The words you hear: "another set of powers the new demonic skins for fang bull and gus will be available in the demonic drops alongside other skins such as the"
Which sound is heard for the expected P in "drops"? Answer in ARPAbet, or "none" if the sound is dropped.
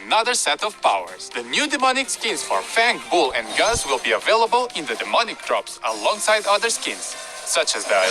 P